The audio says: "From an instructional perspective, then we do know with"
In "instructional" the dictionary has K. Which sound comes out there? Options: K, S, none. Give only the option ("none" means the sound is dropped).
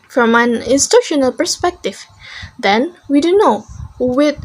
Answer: none